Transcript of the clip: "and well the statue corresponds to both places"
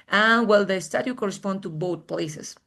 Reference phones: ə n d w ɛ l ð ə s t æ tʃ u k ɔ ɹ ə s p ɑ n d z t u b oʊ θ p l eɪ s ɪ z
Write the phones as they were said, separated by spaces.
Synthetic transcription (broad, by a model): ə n w ɛ l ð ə s t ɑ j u k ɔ ɹ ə s p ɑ n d t u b oʊ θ p l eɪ s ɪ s